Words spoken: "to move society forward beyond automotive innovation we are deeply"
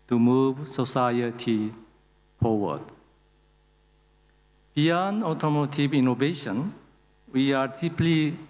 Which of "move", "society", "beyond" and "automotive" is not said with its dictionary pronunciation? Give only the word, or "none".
beyond